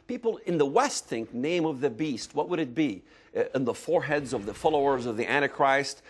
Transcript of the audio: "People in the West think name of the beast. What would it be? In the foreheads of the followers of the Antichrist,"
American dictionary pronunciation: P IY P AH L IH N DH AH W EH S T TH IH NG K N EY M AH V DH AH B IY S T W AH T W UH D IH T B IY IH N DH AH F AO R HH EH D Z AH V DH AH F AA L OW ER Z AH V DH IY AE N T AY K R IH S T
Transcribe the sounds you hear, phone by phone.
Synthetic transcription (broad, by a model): P IY P L IH N DH AH W EH S T TH IH NG K N EY M AH V DH AH B IY S T W AH T W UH D IH T B IY IH N DH AH F AO R HH EH D Z AH V DH AH F AA L OW ER Z AH V DH IY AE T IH K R IH S T